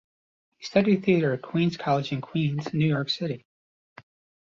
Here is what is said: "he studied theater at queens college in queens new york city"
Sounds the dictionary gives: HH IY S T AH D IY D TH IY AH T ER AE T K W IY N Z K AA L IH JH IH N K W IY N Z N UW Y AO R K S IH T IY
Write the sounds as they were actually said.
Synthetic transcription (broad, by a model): HH IY S T AH D IY D TH IY AH T ER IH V K W IY N Z K AA L IH JH IH N K W IY N Z N UW Y AO R K S IH T IY